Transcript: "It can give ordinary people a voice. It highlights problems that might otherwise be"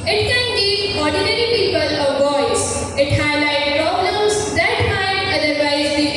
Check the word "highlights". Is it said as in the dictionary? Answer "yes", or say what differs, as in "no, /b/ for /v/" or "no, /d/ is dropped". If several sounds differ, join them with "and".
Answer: no, /s/ is dropped